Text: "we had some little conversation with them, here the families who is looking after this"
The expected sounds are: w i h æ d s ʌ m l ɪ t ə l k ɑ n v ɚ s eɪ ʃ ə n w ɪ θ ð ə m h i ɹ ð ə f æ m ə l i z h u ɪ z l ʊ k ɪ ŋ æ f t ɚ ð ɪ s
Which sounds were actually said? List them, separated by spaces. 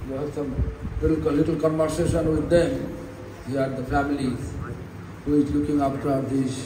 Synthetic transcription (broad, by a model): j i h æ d s ʌ m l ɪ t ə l k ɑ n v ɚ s eɪ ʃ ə n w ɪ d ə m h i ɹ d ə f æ m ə l i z h u ɪ z l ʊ k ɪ ŋ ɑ p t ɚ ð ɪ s